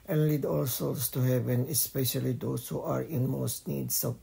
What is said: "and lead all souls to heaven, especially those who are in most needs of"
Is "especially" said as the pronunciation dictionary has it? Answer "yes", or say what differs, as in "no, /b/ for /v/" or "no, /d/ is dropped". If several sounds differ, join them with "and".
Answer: yes